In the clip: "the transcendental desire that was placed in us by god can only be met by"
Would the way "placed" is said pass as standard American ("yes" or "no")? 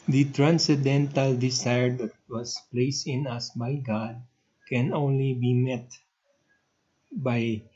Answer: yes